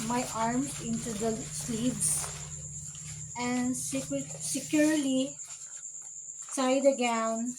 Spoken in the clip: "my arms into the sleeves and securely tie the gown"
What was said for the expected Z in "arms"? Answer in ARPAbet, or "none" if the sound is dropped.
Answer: none